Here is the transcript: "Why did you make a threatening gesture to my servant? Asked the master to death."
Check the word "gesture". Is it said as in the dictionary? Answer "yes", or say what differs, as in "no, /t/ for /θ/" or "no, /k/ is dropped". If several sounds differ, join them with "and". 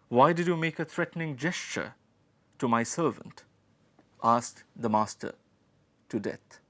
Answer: yes